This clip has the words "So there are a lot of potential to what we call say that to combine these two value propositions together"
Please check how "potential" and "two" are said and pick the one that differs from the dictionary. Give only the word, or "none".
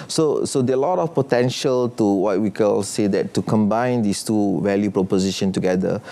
none